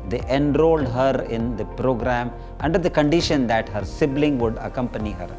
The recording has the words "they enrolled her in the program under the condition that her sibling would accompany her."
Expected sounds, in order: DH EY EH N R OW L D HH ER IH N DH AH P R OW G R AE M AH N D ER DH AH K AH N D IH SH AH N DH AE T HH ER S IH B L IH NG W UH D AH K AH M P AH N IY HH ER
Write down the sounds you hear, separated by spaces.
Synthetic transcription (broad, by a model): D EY EH N R OW L D HH ER IH N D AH P R OW G R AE M AH N D ER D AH K AH N D IH SH AH N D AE T HH ER S IH B L IH NG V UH D AH K AH M P AH N IY HH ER